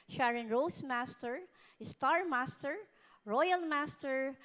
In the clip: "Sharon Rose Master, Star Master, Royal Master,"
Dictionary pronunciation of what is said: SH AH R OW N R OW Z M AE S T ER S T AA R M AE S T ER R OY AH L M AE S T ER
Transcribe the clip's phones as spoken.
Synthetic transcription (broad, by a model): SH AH R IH N R OW S M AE S T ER S T AA R M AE S T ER R OY AH L M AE S T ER